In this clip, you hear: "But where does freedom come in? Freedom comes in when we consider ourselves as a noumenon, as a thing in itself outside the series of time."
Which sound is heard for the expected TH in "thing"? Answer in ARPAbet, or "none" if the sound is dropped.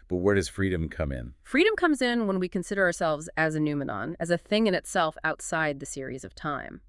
TH